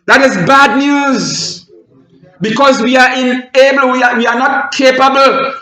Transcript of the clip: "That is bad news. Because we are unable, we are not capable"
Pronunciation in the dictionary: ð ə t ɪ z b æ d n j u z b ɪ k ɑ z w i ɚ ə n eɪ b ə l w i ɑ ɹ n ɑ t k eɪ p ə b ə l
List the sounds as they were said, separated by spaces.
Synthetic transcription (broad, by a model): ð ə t ɪ z b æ d n j u z b ɪ k ɑ z w i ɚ ə n eɪ b ə l w i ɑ w n ɑ t k eɪ p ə b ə l